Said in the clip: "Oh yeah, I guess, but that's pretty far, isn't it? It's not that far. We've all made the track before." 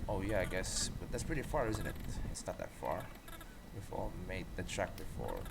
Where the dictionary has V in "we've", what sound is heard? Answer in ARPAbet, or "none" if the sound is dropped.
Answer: F